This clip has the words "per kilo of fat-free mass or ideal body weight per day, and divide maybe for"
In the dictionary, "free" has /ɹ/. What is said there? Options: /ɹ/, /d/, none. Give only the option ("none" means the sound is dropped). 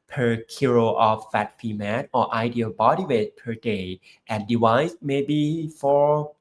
none